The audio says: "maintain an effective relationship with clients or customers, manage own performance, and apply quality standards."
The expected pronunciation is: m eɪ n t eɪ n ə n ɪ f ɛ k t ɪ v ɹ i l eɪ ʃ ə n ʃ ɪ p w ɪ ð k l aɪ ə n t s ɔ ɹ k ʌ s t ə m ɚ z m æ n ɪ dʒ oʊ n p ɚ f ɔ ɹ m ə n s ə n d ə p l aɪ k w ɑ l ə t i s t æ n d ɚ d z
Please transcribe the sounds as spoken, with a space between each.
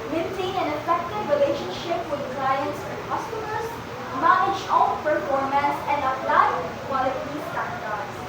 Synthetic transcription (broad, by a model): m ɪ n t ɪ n ə n ɪ f ɛ k t ɪ v ɹ i l eɪ ʃ ə n ʃ ɪ p w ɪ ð k l aɪ ə n t s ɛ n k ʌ s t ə m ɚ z m æ n ɪ dʒ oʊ l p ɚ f ɔ ɹ m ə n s ə n d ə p l aɪ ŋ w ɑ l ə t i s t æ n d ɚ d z